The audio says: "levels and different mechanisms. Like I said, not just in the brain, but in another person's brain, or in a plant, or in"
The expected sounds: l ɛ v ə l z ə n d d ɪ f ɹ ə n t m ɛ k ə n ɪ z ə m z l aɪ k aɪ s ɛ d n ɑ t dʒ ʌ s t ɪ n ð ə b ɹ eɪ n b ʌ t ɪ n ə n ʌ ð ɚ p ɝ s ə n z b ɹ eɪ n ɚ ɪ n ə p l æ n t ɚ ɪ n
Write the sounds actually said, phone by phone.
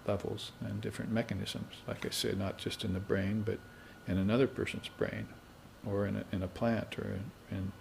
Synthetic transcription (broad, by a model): l ɛ v l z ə n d d ɪ f ɹ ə n m ɛ k ə n ɪ z ə m z l aɪ k aɪ s ɛ d n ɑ t dʒ ʌ s t ɪ n ð ə b ɹ eɪ n b ʌ t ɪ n ə n ʌ ð ɚ p ɝ s ə n z b ɹ eɪ n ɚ ɪ n ə p l æ n t ɚ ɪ n